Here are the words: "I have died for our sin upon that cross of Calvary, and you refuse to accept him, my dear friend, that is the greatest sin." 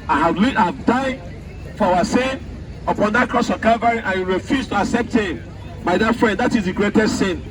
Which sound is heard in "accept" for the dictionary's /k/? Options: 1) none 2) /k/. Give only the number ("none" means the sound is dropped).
2